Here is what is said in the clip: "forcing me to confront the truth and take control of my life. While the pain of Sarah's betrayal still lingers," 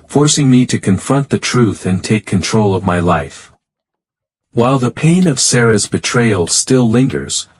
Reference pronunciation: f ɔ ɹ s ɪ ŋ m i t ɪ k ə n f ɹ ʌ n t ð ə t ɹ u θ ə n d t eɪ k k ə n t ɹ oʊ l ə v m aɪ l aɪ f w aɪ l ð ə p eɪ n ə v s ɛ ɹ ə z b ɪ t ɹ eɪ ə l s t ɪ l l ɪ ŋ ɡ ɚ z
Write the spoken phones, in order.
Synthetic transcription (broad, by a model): f ɔ ɹ s ɪ ŋ m i t ɪ k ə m f ɹ ʌ n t ð ə t ɹ u θ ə n t eɪ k k ə n t ɹ oʊ l ə v m aɪ l aɪ f w aɪ l ð ə p eɪ n ə v s ɛ ɹ ə z b ɪ t ɹ eɪ ə l s t ɪ l l ɪ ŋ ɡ ɚ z